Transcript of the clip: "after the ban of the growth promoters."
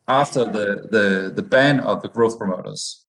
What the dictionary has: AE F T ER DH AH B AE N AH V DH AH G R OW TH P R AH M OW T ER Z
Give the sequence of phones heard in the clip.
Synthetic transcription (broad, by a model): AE F T ER DH AH B AE N AH V DH AH G R OW TH P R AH M OW T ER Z